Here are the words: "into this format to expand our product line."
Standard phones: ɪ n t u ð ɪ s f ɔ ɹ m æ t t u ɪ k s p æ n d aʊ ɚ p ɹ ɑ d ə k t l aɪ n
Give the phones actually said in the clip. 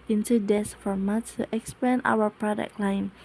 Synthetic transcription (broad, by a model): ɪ n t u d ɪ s f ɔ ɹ m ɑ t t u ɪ k s p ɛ n aʊ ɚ p ɹ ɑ d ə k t l aɪ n